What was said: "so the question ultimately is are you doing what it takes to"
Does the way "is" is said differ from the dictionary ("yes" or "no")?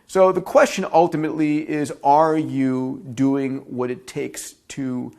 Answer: no